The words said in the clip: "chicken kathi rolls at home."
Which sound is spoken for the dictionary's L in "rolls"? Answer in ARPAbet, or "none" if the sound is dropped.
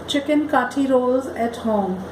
L